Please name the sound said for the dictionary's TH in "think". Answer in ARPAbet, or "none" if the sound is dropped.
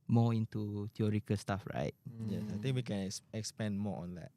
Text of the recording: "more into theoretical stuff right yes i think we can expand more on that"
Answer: T